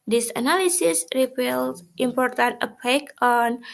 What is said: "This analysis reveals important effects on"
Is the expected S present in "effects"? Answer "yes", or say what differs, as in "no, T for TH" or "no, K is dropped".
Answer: no, S is dropped